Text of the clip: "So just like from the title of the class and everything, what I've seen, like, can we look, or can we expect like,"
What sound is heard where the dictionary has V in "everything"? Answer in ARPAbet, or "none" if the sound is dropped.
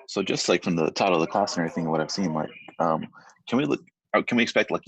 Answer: none